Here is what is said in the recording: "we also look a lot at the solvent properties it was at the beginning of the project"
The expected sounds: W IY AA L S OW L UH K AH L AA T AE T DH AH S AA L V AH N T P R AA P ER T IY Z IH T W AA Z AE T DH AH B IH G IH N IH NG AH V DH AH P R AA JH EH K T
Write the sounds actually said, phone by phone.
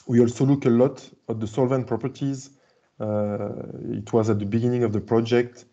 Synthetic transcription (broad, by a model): W IY AA L S OW L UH K AH L AA T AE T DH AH S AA L V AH N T P R AA P ER T IY Z IH T W AA Z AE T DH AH B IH G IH N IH NG AH V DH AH P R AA JH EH K T